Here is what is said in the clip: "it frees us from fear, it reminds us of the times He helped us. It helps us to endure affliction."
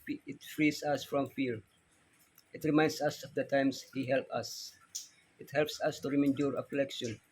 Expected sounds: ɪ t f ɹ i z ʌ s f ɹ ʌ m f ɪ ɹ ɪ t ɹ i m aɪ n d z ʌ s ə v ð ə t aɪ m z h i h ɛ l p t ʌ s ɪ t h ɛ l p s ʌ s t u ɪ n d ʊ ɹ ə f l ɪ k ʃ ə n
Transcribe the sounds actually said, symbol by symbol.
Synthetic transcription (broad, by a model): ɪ t f ɹ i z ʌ s f ɹ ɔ m f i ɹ ɪ t ɹ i m aɪ n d s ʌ s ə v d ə t aɪ m s h i h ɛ l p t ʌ s ɪ t h ɛ l p s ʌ s t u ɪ n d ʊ ɹ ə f l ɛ k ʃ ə n